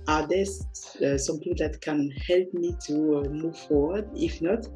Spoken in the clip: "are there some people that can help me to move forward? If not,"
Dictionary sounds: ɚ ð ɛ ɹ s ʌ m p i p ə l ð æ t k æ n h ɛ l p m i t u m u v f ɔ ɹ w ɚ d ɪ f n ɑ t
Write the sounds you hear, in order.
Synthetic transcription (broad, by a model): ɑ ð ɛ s s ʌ m p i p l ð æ t k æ n h ɛ l p m i t u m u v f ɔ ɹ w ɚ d ɪ f n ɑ t